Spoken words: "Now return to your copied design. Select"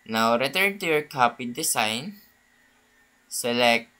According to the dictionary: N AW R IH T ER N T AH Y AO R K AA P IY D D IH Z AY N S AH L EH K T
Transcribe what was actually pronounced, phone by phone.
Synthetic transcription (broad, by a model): N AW R IH T ER N T AH Y AO R K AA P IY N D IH S AY N S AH L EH K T